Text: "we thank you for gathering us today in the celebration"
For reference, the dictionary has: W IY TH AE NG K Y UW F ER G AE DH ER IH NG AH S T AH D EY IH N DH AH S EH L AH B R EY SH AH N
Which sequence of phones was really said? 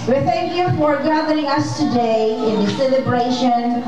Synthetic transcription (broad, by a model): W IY TH AE NG K Y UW F ER G AE DH ER IH NG AH S T AH D EY IH N DH AH S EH L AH B R EY SH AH N